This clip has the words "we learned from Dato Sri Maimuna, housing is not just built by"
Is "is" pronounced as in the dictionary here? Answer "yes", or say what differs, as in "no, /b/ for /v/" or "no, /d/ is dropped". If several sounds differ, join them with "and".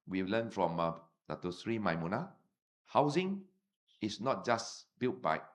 no, /s/ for /z/